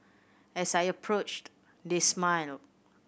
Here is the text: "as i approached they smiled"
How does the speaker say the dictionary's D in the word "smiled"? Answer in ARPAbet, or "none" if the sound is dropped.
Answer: none